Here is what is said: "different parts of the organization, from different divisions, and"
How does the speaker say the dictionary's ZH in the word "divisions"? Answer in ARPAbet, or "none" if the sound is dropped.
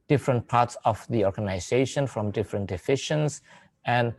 SH